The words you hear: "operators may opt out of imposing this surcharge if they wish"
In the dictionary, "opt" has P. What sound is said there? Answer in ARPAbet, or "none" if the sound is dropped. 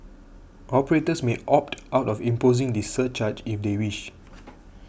P